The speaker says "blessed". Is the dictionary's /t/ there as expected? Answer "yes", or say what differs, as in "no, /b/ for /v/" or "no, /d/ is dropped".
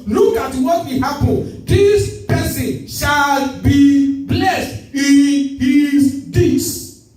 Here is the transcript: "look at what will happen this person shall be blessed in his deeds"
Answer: yes